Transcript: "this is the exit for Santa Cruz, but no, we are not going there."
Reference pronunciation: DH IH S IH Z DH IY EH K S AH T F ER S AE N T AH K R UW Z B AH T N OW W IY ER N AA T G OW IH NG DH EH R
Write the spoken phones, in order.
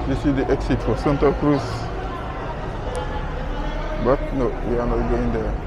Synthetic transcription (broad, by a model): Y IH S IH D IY EH K S AH T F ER S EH N T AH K R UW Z B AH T N OW W IY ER N AA T G OW IH NG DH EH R